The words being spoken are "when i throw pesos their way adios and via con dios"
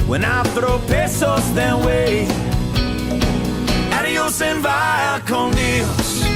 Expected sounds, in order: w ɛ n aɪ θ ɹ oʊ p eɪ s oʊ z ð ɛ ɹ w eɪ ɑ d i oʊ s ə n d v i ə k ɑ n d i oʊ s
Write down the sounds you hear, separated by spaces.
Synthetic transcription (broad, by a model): w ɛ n aɪ θ ɹ oʊ p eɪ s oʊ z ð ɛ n w eɪ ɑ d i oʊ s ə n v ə k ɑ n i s